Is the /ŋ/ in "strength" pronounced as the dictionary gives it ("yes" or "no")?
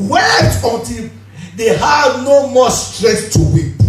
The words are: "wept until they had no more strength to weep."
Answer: no